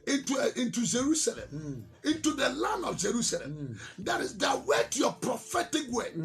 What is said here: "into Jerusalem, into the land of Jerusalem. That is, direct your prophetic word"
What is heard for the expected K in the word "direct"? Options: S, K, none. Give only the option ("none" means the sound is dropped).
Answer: none